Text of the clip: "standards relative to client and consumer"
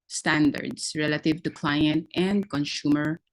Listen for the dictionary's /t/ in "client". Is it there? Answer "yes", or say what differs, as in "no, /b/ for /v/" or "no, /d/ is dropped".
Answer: yes